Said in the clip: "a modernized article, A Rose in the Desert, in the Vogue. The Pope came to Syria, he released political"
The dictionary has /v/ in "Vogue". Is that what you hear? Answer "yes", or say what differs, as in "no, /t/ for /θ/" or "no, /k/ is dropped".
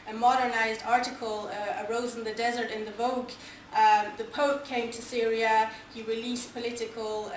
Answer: yes